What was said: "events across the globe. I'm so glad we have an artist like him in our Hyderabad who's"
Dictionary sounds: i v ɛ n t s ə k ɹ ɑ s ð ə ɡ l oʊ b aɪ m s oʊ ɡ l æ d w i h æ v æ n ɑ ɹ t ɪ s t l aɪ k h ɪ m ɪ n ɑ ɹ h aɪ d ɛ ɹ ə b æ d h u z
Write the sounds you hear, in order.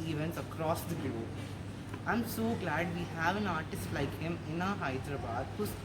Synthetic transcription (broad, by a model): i v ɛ n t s ə k ɹ ɑ s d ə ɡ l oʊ aɪ m s oʊ ɡ l æ d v i h æ v æ n ɑ ɹ t ɪ s t l aɪ k h ɪ m ɪ n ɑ h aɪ d ɹ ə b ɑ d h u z